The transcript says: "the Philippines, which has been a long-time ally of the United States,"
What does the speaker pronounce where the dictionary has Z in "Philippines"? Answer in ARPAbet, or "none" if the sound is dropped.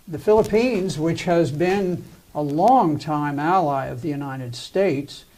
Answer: Z